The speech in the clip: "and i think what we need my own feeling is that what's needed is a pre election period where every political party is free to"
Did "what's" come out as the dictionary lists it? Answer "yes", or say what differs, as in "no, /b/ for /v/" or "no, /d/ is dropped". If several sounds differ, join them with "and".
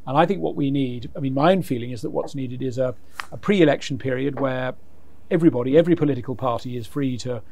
yes